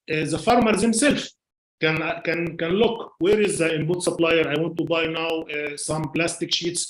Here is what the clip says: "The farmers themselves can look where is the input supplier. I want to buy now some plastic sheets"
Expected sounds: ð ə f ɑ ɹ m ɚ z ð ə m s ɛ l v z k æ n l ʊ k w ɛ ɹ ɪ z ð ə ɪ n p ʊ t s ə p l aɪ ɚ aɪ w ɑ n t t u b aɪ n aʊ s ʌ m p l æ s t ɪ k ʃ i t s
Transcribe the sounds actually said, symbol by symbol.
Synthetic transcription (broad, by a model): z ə f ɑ ɹ m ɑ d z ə m s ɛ l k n k æ n l ʊ k w ɛ ɹ ɪ z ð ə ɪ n b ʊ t s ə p l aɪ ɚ aɪ w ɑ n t t u b aɪ n aʊ s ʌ m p l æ s t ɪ k ʃ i t s